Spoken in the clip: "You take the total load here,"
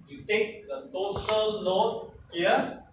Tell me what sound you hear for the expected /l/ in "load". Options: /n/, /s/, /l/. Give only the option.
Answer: /n/